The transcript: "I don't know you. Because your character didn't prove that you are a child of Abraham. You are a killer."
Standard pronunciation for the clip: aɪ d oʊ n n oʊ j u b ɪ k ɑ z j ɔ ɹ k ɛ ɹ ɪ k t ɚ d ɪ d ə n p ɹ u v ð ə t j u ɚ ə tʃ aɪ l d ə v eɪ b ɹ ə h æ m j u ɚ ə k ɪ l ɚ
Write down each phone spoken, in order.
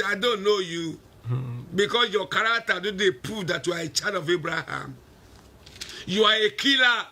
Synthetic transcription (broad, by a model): aɪ d oʊ n n oʊ j u b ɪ k ɑ s j ɔ k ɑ ɹ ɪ k t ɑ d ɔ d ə p ɹ u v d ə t j u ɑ ə tʃ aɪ d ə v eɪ b ɹ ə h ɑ m j u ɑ ə k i l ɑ